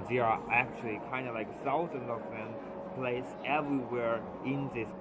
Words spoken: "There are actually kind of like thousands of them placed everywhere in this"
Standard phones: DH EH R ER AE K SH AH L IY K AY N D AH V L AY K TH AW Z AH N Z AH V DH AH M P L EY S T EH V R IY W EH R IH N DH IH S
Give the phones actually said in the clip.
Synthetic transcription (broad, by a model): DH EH ER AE K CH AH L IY K AY N D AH L AY K S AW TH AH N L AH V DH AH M P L EY S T EH V R IY W EH R IH N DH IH S